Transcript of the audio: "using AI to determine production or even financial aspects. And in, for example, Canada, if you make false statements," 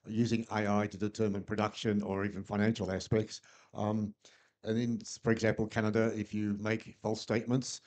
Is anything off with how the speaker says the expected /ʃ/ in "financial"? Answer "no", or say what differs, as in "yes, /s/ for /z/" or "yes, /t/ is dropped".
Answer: no